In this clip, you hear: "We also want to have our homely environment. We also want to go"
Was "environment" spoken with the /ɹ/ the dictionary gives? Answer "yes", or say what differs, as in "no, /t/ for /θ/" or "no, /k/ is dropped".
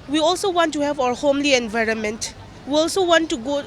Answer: yes